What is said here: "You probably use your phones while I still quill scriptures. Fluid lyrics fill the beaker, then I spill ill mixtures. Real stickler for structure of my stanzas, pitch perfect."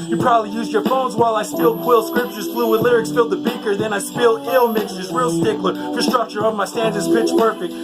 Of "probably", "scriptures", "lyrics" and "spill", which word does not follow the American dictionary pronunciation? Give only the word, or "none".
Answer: none